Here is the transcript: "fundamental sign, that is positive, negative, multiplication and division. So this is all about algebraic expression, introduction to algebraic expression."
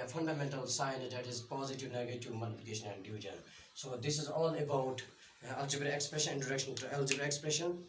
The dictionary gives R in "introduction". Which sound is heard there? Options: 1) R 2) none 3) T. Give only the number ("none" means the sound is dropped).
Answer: 2